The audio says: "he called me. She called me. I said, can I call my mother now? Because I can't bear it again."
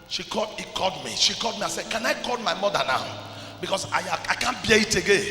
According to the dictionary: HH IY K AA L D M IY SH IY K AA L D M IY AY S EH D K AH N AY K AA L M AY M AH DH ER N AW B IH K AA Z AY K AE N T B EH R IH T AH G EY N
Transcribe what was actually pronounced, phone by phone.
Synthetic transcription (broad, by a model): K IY K AA L D M IY SH IY K AA L D M IY AY S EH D K AH N AY K AA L M AY M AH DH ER N AW B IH K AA S AY K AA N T B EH IH T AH G EY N